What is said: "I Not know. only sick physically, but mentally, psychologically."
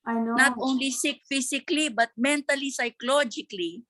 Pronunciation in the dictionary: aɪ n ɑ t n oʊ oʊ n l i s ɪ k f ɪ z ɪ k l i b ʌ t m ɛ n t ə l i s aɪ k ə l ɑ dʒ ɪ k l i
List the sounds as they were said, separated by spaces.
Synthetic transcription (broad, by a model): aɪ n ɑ n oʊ oʊ n l i s ɪ k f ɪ s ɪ k l i b ʌ t m ɛ n t ə l i s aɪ k l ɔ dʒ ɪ k l i